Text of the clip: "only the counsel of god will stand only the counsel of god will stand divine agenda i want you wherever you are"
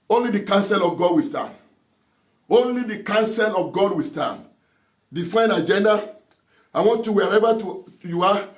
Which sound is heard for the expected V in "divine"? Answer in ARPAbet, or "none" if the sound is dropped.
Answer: F